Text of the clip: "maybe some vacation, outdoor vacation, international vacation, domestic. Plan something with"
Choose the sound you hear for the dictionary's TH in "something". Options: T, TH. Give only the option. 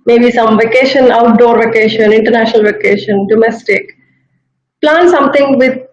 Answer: T